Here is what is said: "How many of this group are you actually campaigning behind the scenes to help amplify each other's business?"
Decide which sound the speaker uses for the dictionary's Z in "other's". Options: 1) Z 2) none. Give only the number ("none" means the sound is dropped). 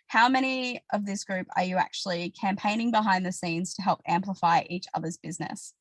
1